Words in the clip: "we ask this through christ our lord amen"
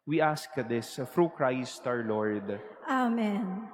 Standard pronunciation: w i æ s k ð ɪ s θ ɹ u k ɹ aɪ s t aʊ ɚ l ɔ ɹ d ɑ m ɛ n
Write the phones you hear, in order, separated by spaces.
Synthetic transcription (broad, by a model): w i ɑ s k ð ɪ s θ ɹ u k ɹ aɪ s t aʊ ɚ l ɔ ɹ d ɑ m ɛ n